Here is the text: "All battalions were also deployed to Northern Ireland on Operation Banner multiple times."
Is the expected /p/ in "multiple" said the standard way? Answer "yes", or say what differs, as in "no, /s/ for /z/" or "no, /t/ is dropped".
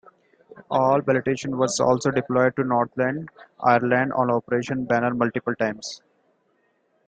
yes